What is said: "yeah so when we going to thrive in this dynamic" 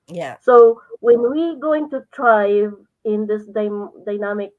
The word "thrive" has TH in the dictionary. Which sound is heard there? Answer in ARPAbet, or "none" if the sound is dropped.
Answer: T